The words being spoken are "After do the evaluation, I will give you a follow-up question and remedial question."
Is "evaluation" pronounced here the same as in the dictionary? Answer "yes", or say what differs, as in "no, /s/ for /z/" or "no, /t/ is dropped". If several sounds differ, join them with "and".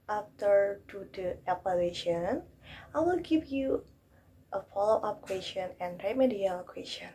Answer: no, /p/ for /v/